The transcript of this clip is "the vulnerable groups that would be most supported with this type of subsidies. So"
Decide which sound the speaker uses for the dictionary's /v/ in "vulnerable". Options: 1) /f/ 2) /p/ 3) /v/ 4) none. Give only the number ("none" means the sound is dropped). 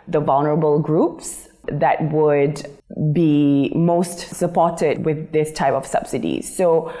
3